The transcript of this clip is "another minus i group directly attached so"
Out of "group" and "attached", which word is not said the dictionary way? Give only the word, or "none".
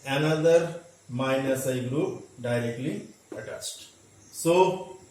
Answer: attached